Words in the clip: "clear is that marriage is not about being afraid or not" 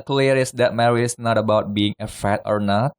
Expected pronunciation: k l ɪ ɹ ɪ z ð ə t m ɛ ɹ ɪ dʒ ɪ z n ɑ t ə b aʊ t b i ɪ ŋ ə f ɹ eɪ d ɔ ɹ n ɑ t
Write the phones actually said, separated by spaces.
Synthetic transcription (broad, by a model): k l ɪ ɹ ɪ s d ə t m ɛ ɹ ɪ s n ɑ t ə b aʊ t b i ɪ ŋ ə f eɪ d ɔ ɹ n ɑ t